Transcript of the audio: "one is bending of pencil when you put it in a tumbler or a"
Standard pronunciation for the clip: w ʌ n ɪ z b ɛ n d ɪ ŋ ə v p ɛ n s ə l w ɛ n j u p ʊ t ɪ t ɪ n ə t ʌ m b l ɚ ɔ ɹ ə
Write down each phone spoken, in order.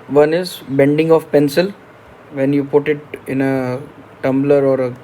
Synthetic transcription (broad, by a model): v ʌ n ɪ z b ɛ n d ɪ ŋ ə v p ɛ n s ə l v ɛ n j u p ʊ t ɪ t ɪ n ə t ʌ m b l ɚ ɔ ɹ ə